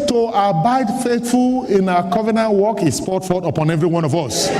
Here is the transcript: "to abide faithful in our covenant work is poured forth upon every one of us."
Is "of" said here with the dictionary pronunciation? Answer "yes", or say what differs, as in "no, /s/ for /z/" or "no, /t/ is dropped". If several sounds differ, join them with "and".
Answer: yes